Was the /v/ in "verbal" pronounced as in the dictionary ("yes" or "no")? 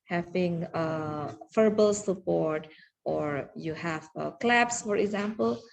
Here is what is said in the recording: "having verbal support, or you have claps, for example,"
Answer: no